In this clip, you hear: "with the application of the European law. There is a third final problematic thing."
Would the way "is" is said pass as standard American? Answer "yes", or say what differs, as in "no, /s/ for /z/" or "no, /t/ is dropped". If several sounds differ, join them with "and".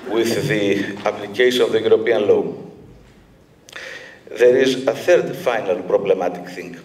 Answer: yes